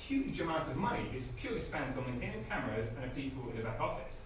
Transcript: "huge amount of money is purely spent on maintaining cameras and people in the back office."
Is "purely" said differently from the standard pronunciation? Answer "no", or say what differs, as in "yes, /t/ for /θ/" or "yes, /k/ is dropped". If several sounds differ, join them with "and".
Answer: yes, /l/ is dropped